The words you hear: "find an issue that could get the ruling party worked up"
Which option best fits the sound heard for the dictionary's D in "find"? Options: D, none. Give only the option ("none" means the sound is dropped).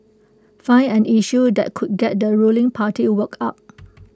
none